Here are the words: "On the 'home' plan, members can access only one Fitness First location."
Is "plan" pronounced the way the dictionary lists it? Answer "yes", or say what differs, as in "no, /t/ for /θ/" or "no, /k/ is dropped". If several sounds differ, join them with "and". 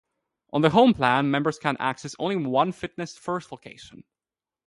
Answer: yes